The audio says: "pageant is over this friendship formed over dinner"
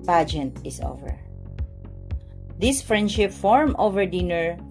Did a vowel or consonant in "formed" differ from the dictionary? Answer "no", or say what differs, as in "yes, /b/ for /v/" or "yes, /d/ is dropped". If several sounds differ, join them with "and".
yes, /d/ is dropped